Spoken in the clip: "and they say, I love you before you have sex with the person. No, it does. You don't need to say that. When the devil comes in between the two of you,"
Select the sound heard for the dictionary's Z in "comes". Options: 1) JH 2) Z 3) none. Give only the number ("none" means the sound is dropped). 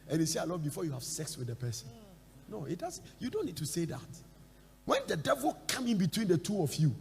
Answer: 3